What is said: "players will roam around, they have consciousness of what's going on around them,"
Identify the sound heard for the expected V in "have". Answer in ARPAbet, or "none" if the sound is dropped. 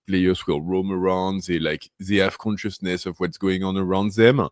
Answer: F